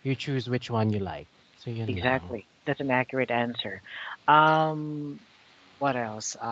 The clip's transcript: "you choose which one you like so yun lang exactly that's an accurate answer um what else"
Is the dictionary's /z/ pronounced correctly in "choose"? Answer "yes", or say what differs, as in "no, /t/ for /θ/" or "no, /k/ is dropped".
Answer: yes